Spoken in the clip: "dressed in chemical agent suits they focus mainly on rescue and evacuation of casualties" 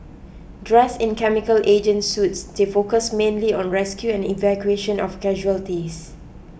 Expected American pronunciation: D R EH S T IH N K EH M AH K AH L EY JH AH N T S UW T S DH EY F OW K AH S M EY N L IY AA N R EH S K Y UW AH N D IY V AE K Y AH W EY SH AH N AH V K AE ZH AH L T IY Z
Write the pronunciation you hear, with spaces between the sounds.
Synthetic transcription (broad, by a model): D R EH S IH N K EH M AH K AH L EY JH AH N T S UW T S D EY F OW K AH S M EY N L IY AA N R EH S K Y UW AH N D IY V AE K Y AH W EY SH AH N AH F K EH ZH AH L T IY S